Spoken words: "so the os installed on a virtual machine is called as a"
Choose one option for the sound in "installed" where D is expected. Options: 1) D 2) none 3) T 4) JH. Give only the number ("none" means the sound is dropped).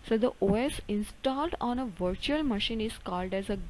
1